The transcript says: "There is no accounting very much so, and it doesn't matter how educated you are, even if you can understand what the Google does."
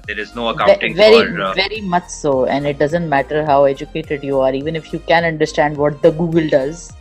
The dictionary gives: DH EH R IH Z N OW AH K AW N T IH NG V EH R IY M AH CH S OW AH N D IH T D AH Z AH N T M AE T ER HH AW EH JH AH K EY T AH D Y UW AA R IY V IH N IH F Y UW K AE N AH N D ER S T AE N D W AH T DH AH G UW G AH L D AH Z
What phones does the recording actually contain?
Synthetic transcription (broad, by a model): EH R IH Z N OW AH EH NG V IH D V EH R IY M AH CH S OW AH N D IH T D AH Z AH N T M AE T ER HH AW EH JH AH K EY T AH D Y UW AA R IY V IH N IH F Y UW K AE N AH N D ER S T AE N D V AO T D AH G UW G AH L D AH Z